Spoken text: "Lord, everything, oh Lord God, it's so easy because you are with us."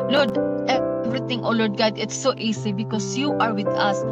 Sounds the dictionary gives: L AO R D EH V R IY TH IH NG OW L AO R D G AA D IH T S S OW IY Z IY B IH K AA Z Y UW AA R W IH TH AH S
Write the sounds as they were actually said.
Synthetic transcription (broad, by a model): L AO R D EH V R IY T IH NG OW L AO R D G AA D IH T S S OW IY S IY B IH K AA S Y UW AA R W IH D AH S